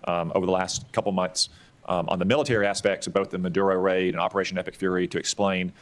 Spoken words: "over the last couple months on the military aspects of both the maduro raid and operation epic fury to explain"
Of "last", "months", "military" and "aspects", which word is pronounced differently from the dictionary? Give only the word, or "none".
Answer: none